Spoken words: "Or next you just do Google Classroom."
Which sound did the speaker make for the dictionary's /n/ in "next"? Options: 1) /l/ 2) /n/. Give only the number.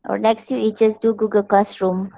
1